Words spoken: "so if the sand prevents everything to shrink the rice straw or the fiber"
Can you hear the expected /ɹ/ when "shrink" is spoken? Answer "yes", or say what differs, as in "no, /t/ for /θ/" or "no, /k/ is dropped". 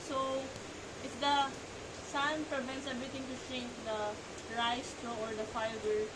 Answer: no, /ɹ/ is dropped